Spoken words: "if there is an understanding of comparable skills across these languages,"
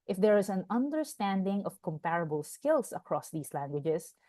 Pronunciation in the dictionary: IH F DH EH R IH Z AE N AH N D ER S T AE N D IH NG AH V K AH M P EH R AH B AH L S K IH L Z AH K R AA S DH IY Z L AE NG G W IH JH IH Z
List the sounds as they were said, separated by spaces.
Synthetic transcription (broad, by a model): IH F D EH R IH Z AE N AH N D ER S T AE N D IH NG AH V K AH M P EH R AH B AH L S K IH L S AH K R AA S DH IY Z L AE NG G W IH JH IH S